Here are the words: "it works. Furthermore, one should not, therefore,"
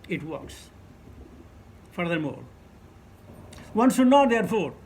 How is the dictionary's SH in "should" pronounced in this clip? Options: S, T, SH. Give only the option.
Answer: S